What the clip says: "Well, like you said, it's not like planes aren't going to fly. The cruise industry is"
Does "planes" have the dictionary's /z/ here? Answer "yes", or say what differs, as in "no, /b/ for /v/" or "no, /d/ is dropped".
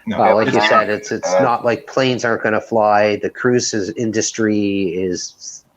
yes